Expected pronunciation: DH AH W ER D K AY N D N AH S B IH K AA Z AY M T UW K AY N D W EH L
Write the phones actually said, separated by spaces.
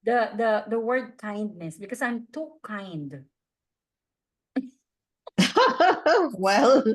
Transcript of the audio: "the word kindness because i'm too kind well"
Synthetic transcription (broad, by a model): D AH W ER D K AY N D N AH S B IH K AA S AY M T UW K AY N D W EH L